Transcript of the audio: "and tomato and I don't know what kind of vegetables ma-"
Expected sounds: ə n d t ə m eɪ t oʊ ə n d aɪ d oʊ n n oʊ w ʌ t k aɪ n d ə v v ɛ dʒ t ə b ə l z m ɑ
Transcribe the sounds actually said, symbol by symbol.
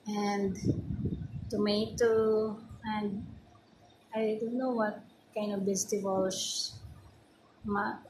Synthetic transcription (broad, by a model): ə n d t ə m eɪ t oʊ ə n d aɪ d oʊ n n oʊ w ʌ t k aɪ n d ə v b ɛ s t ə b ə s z m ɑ